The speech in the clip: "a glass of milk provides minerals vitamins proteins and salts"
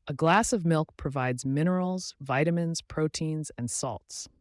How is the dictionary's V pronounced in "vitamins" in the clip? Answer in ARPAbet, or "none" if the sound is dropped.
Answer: V